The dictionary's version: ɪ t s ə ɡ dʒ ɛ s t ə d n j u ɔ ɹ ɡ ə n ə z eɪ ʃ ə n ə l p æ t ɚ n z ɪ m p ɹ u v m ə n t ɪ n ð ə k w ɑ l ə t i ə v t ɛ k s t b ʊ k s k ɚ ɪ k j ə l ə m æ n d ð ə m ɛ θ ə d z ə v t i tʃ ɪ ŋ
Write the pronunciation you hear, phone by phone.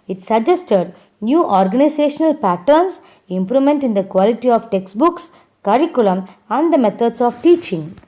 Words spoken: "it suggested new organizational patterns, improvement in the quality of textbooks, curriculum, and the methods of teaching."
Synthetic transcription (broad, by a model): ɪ t s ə dʒ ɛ s t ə d n j u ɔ ɹ ɡ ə n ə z eɪ ʃ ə n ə l p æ t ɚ n s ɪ m p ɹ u m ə n t ɪ n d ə k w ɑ l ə t i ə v t ɛ k s t b ʊ k s k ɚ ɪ k j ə l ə m æ n d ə m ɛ t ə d s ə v t i tʃ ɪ ŋ